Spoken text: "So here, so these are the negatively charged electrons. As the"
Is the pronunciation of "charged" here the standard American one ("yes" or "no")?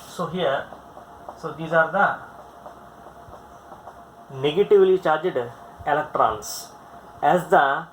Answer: yes